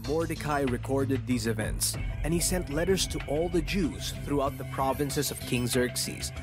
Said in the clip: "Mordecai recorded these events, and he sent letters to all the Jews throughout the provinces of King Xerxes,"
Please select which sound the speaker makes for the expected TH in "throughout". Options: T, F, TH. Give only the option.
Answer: TH